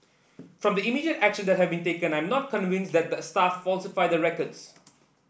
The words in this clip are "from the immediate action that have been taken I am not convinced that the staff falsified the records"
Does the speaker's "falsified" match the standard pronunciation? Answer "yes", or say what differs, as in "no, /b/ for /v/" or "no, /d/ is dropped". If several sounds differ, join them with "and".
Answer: yes